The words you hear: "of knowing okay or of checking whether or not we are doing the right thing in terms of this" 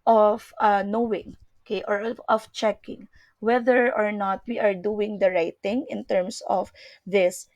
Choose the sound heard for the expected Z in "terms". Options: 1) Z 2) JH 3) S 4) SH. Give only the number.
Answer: 3